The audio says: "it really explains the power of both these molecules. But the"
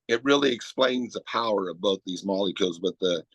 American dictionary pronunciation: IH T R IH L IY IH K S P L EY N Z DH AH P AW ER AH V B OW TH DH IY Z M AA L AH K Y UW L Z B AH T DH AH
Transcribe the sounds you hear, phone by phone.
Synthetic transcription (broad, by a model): IH T R IH L IY IH K S P L EY N Z DH AH P AW ER AH V B OW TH DH IY Z M AA L AH K Y UW L Z B AH T DH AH